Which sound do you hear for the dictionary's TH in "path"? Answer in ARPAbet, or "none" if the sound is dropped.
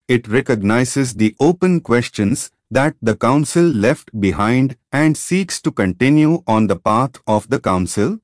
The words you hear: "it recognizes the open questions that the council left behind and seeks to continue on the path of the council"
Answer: T